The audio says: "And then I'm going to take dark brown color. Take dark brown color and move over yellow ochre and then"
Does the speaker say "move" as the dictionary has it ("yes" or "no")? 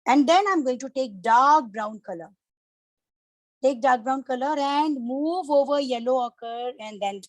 yes